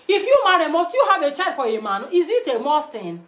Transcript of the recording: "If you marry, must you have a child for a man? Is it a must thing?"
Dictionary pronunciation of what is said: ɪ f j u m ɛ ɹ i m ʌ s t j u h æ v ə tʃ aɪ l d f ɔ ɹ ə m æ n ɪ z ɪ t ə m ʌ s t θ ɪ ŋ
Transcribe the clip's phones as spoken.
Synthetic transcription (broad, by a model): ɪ f j u m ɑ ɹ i m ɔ s t j u h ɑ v ə tʃ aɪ d f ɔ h ə m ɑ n ɪ z ɪ t ə m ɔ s t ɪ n